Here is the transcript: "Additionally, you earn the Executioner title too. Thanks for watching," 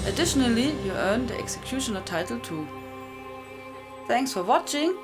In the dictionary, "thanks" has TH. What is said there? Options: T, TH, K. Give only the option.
TH